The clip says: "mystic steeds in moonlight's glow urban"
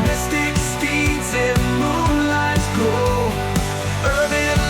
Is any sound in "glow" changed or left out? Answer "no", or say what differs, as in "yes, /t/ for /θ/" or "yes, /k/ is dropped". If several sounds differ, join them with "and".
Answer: yes, /l/ is dropped